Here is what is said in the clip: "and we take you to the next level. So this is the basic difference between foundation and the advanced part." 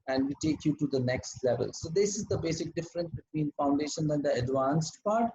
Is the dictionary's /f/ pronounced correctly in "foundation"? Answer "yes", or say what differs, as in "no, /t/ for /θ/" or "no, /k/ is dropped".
yes